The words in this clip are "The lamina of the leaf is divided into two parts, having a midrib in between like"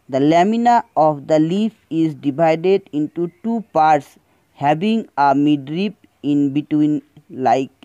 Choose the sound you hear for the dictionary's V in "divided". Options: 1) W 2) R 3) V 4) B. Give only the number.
4